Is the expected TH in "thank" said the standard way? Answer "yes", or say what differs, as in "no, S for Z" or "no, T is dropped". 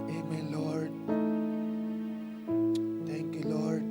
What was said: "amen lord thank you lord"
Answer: no, T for TH